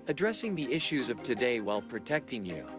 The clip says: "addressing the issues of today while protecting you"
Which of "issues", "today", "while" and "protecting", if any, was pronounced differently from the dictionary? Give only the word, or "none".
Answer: none